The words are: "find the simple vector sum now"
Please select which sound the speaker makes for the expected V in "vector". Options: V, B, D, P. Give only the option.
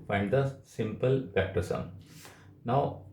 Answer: P